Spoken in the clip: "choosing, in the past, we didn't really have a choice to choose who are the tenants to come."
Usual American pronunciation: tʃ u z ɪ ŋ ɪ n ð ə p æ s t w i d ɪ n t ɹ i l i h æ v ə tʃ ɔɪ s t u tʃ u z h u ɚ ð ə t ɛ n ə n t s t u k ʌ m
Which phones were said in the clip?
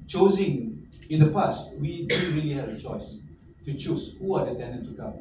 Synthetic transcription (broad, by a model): tʃ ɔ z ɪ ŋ ɪ n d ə p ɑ s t w i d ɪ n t ɹ i l i h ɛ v ə tʃ ɔɪ s t u tʃ u s h u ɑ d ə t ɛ n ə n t t u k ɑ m